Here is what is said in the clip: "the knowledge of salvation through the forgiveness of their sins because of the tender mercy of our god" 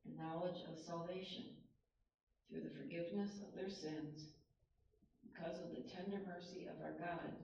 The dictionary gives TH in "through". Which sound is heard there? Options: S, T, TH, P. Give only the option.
TH